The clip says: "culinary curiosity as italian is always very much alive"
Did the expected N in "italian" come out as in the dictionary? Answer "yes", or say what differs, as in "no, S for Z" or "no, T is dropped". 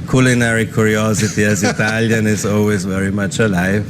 yes